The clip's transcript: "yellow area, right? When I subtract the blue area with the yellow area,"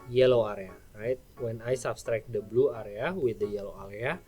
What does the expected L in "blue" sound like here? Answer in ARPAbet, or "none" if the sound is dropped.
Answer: L